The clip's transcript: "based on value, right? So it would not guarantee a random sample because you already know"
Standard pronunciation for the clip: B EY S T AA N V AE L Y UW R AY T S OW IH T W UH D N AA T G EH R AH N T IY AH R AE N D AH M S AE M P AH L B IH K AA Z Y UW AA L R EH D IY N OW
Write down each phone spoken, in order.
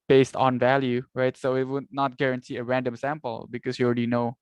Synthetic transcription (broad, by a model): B EY S T AA N V AE L Y UW R AY T S OW IH T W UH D N AA T G EH R AH N T IY AH R AE N D AH M S AE M P AH L B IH K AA S Y UW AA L R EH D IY N OW